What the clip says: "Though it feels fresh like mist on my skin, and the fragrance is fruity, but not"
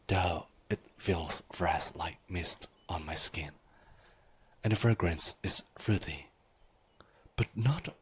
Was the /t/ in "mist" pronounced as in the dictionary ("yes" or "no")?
yes